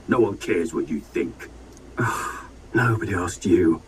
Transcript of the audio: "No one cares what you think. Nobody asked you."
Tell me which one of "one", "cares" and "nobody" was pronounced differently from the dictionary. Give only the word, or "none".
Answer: none